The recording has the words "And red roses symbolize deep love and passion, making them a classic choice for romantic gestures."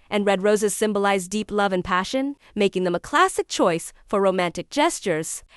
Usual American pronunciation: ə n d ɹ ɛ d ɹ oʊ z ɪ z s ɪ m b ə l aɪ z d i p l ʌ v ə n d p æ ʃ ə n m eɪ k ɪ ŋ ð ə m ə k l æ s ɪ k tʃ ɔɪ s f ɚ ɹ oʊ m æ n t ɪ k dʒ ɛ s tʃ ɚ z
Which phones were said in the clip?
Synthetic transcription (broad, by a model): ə n ɹ ɛ d ɹ oʊ z ɪ z s ɪ m b ə l aɪ z d i p l ʌ v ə n p æ ʃ ə n m eɪ k ɪ ŋ ð ə m ə k l æ s ɪ k tʃ ɔɪ s f ɚ ɹ oʊ m æ n t ɪ k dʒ ɛ s tʃ ɚ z